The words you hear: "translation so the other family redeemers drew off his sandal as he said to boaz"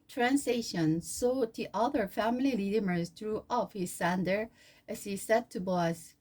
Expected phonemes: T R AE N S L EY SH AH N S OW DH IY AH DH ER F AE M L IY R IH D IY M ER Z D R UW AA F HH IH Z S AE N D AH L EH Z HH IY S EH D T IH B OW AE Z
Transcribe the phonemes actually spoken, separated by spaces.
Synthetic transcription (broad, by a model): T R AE N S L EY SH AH N S OW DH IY AH DH ER F AE M L IY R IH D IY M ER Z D R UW AA F HH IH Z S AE N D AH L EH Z HH IY S EH D T IH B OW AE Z